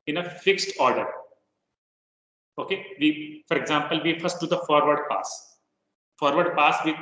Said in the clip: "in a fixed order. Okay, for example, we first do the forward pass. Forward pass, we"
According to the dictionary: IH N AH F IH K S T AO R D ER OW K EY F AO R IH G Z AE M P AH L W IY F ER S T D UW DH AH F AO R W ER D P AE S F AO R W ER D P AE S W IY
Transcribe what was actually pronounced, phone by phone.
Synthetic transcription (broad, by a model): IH N AH F IH K S T AO R D ER OW K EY F AO R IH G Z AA M P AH L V IY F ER S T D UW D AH F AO R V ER D P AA S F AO R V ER D P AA S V IY